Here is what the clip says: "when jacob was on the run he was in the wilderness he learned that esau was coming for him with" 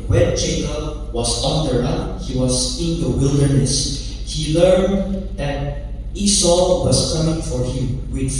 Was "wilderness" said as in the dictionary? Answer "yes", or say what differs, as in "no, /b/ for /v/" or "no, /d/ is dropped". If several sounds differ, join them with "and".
yes